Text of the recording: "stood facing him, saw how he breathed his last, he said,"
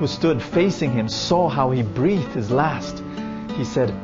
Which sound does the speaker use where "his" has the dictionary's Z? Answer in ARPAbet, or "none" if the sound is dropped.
Z